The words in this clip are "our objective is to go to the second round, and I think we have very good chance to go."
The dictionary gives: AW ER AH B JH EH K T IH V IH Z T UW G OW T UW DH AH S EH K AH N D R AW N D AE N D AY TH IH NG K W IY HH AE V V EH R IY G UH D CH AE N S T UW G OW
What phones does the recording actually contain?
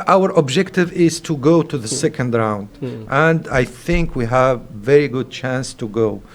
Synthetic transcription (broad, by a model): AW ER AH B JH EH K T IH V IH Z T UW G OW T UW DH AH S EH K AH N D R AW N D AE N D AY TH IH NG K W IY HH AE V V EH R IY G UH D CH AE N S T UW G OW